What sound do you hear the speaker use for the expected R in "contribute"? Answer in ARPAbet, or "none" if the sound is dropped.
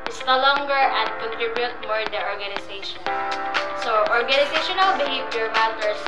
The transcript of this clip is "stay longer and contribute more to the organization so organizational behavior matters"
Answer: R